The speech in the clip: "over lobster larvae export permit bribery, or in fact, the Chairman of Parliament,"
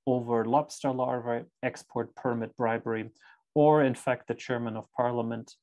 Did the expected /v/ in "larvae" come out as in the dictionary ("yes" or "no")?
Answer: yes